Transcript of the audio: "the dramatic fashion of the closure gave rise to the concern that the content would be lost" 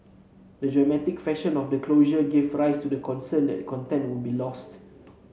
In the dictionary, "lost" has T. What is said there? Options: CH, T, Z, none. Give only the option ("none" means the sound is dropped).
T